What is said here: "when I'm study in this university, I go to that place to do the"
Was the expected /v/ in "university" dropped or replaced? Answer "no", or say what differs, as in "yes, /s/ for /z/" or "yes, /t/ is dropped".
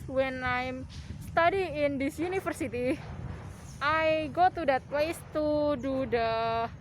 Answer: yes, /f/ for /v/